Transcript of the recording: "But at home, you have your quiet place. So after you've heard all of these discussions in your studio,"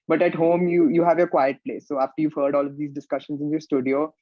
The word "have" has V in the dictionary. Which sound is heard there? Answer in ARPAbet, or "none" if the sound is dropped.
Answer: V